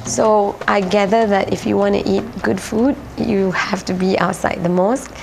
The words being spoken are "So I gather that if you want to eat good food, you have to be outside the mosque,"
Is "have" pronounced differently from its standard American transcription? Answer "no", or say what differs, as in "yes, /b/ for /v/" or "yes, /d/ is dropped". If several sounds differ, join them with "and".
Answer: yes, /f/ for /v/